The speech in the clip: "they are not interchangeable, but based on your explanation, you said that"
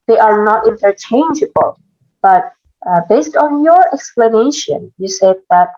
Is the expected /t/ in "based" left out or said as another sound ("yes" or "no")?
no